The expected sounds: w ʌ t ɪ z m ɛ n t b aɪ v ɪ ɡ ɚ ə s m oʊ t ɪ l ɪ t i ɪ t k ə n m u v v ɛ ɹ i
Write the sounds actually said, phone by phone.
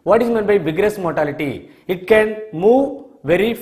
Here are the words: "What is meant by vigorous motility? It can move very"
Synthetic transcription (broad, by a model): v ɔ t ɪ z m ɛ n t b aɪ b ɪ ɡ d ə s m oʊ t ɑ l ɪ t i ɪ t k ə n m u v v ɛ ɹ i